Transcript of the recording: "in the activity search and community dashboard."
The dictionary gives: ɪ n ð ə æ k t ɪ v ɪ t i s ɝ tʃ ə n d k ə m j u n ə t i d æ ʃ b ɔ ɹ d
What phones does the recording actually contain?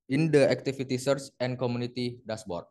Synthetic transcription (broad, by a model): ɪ n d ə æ k t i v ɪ t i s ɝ s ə n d k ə m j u n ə t i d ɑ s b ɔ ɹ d